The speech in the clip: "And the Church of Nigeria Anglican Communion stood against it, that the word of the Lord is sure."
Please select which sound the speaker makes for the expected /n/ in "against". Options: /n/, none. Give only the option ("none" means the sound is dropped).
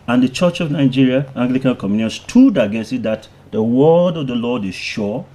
none